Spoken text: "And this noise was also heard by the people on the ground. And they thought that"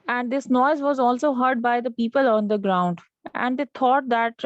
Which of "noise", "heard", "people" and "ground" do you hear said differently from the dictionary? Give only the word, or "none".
none